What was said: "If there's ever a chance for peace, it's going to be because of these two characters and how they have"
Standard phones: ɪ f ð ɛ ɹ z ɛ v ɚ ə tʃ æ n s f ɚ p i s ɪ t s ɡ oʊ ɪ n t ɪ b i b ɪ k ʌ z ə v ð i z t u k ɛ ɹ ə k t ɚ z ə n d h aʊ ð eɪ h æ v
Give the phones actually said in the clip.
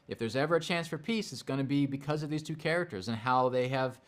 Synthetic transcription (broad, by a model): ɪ f ð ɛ ɹ z ɛ v ɚ ə tʃ æ n s f ɚ p i s ɪ t s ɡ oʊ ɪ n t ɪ b i b ɪ k ʌ z ə v ð i z t u k ɛ ɹ ə k t ɚ z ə n h aʊ ð eɪ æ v